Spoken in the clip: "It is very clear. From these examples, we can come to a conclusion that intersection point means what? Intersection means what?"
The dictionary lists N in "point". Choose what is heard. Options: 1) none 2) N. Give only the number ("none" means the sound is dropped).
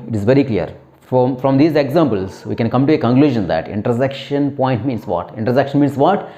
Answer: 2